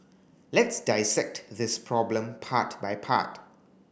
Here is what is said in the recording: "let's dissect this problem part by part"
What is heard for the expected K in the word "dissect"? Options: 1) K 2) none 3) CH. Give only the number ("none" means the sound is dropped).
1